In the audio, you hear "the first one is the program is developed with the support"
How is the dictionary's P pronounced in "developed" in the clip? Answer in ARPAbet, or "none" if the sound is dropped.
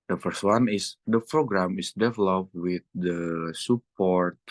P